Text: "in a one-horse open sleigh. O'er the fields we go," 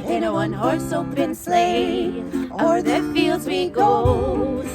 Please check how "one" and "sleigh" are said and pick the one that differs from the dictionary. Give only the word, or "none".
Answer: none